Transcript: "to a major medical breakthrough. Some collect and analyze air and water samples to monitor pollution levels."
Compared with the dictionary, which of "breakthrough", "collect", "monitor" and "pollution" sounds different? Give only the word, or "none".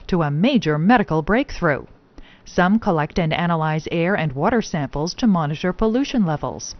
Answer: none